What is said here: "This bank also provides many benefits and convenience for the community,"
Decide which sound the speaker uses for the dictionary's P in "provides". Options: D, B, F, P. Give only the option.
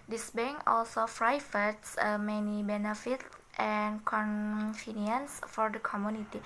F